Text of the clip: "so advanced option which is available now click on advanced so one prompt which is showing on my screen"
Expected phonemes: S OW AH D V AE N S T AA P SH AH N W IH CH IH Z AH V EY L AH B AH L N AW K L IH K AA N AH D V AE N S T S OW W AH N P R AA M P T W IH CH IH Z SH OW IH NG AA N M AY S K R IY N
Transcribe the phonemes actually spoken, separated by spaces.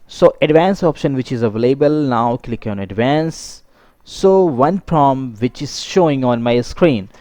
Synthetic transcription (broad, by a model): S OW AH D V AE N S AA P SH AH N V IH CH IH Z AH V EY L AH B AH L N AW K L IH K AA N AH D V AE N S S OW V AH N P R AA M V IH CH IH Z SH OW IH NG AA N M AY S K R IY N